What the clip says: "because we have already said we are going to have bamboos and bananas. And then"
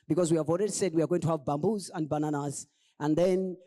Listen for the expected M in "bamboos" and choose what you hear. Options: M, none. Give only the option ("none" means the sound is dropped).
M